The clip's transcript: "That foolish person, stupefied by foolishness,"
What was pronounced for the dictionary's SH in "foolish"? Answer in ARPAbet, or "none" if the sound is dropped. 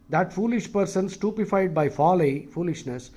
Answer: SH